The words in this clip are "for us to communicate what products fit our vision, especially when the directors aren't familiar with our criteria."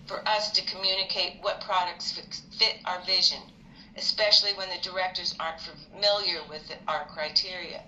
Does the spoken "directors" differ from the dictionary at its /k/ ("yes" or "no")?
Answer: no